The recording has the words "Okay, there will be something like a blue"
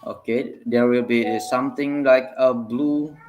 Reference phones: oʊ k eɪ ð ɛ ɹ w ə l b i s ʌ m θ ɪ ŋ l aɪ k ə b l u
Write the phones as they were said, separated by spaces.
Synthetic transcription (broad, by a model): oʊ k eɪ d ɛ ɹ w ə l b i s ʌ m t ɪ ŋ l aɪ k ə b l u